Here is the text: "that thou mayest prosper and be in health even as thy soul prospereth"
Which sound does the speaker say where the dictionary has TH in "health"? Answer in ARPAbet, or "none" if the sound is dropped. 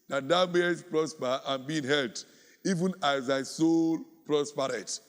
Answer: T